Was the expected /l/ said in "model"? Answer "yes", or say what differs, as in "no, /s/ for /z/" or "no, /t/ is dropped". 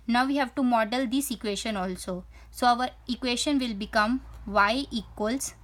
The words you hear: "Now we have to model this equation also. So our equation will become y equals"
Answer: yes